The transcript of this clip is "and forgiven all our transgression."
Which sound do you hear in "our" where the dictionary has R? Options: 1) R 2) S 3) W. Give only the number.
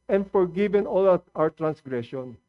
3